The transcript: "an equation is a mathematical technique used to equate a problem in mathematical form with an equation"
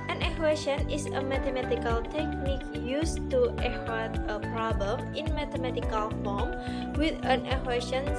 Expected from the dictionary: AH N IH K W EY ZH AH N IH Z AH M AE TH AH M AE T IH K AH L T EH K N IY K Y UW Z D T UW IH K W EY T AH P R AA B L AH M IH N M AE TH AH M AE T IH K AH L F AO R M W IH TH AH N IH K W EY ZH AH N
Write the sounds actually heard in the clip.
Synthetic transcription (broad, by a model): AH N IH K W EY SH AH N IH S AH M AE T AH M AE T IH K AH L T EH K N IY K Y UW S T UW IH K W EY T AH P R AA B AH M IH N M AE T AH M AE T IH K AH L F AO M W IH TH AH N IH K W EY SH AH N